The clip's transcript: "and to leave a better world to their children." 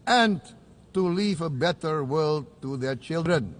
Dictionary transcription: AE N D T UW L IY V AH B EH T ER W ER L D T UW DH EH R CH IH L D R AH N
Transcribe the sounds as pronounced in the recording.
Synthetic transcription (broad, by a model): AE N T UW L IY V AH B EH T ER W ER L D T UW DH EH R CH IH L D R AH N